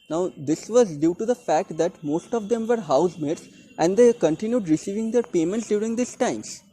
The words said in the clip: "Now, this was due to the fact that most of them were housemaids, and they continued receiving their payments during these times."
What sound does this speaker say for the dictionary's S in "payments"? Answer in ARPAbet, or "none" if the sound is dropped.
S